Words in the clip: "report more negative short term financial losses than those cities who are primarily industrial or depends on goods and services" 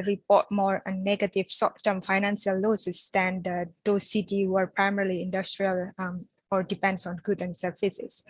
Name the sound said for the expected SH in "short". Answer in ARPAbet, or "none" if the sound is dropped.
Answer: S